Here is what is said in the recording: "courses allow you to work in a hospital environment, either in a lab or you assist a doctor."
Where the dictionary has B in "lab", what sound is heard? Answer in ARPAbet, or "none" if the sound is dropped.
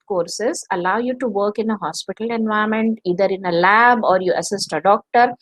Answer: B